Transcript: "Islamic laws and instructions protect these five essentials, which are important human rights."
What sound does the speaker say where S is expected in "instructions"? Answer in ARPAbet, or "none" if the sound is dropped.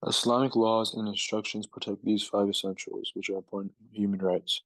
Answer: S